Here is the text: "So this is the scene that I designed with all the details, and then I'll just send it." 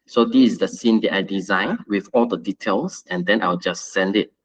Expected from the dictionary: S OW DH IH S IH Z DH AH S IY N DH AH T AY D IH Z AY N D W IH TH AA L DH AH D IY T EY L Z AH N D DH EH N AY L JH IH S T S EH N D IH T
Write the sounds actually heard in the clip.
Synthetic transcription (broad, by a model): S OW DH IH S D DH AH S IY N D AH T AY D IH Z AY N W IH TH AA L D AH D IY T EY L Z AH N D EH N AY W JH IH S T S EH N D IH T